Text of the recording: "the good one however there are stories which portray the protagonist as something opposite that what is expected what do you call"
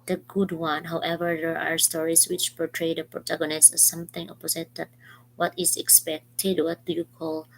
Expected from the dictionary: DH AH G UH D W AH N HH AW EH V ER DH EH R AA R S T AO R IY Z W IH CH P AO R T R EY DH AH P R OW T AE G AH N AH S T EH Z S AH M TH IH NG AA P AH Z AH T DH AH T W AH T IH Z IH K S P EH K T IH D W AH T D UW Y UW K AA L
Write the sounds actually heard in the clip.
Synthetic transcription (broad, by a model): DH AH G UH D W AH N HH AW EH V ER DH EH R AA R S T AO R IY S W IH CH P AO R T R EY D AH P R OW T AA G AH N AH S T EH S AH M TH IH NG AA P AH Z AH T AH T W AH T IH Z IH K S P EH K T IH D W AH T D UW Y UW K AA L